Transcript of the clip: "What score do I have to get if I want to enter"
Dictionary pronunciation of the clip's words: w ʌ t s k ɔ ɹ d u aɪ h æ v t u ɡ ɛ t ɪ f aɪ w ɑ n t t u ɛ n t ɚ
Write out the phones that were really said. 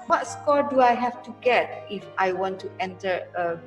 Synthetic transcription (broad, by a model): w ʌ t s k ɔ ɹ d u aɪ h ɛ f t u ɡ ɛ t ɪ f aɪ w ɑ n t t u ɛ n t ɚ